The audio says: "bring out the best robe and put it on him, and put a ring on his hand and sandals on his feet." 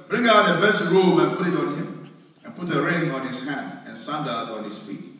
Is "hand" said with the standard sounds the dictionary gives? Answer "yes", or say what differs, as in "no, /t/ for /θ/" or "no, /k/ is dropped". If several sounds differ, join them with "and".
yes